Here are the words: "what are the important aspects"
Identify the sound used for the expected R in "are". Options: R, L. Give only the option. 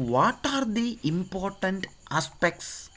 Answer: R